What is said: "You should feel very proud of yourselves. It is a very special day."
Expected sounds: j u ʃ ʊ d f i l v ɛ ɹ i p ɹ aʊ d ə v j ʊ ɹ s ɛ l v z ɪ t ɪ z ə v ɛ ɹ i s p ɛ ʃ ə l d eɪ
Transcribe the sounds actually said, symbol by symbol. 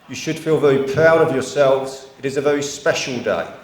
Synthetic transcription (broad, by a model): j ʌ ʃ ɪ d f i l v ɛ ɹ i p ɹ aʊ d ə v j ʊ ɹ s ɛ l v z ɪ t ɪ z ə v ɛ ɹ i s p ɛ ʃ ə l d eɪ